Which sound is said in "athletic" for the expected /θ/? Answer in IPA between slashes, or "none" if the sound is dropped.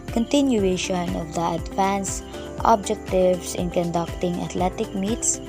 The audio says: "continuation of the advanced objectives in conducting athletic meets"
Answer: /t/